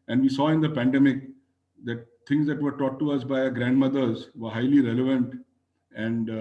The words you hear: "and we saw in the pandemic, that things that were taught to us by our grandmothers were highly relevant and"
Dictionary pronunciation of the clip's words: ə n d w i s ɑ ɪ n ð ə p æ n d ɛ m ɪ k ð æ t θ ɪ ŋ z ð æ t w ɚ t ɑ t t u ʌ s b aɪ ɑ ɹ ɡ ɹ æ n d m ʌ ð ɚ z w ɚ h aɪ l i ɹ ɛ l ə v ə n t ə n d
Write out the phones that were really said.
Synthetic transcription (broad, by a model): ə n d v i s ɑ ɪ n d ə p æ n d ɛ m ɪ k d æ t t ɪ ŋ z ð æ t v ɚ t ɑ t t u ʌ s b aɪ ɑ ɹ ɡ ɹ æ n d m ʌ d ɚ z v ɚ h aɪ l i ɹ ɛ l ə v ə n t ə n d